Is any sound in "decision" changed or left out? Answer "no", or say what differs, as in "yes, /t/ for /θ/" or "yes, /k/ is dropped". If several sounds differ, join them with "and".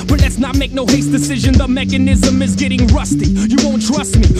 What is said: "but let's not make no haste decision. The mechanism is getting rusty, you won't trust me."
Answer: no